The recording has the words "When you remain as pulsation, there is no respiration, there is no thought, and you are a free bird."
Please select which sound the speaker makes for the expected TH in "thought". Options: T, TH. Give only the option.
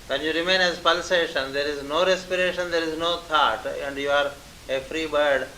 T